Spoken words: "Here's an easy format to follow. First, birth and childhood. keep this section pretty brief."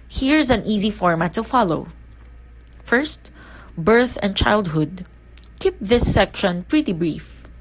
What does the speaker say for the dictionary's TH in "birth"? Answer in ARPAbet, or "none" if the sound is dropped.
TH